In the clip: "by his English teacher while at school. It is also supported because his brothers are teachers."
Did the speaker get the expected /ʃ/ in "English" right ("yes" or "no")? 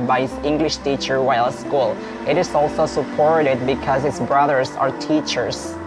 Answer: yes